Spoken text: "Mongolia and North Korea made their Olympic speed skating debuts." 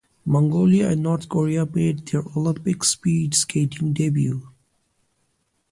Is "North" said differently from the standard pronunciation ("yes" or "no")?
yes